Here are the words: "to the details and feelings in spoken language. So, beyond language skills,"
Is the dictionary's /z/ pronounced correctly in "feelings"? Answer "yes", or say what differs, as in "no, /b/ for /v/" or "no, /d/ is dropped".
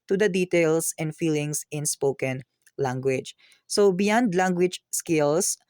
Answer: no, /s/ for /z/